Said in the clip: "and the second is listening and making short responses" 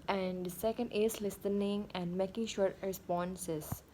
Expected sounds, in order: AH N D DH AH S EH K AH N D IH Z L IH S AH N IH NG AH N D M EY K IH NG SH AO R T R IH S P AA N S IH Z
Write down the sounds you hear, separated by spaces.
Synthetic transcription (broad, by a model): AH N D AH S EH K AH N D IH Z L IH S AH N IH NG AH N D M EY K IH NG SH AO R T R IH S P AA N S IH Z